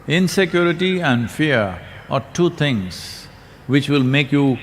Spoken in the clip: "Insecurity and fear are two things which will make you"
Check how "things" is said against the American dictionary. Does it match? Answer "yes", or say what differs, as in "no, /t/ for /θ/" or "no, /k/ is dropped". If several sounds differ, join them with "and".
no, /t/ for /θ/